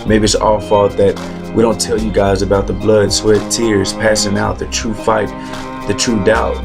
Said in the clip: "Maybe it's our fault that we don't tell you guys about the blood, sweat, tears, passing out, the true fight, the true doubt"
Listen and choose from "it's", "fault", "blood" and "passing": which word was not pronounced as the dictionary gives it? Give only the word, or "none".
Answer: fault